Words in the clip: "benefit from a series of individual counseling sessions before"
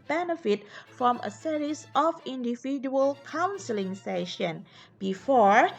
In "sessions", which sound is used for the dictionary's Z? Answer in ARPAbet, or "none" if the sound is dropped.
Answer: none